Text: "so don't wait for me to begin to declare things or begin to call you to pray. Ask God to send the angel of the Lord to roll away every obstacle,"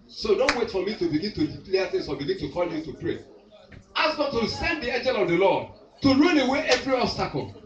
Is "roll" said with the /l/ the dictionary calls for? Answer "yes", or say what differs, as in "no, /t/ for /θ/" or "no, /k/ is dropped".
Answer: no, /n/ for /l/